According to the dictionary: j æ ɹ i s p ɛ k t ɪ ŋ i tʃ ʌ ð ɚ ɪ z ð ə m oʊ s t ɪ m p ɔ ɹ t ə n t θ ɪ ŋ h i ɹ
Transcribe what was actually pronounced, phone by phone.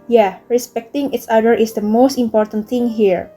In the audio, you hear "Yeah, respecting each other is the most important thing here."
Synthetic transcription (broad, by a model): j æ ɹ i s p ɛ k t ɪ ŋ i s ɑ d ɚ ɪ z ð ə m oʊ s t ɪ m p ɔ ɹ t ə n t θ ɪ ŋ h i ɹ